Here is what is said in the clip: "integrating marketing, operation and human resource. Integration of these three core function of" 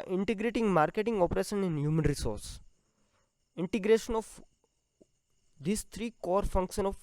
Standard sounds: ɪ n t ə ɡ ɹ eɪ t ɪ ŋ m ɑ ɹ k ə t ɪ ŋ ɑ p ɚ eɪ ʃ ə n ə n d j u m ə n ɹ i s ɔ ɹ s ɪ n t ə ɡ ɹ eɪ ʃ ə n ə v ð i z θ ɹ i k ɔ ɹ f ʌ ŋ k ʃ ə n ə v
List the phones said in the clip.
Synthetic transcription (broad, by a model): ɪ n t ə ɡ ɹ eɪ t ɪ ŋ m ɑ ɹ k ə t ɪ ŋ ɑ p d eɪ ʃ ə n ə n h j u m ə n ɹ i s ɔ ɹ s ɪ n t ə ɡ ɹ eɪ ʃ ə n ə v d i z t ɹ i k ɔ ɹ f ʌ ŋ k ʃ ə n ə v